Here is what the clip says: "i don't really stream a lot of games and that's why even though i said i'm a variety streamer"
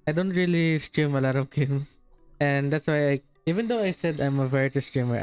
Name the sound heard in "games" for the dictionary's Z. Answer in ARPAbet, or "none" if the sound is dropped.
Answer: S